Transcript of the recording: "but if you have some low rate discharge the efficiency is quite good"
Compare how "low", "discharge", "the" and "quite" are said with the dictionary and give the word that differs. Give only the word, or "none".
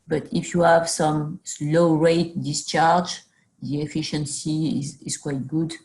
none